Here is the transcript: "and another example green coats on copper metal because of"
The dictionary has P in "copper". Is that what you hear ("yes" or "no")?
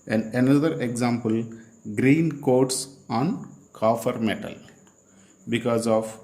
no